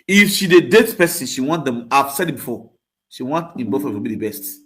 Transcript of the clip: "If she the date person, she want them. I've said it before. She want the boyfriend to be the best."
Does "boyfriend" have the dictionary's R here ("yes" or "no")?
no